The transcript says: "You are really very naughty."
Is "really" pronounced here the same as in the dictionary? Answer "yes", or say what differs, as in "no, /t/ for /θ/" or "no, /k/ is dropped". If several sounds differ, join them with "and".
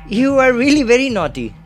yes